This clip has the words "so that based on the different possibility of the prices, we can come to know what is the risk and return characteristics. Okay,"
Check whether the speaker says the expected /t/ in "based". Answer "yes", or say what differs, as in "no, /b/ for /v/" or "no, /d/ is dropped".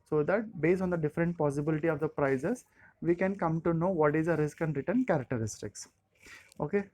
yes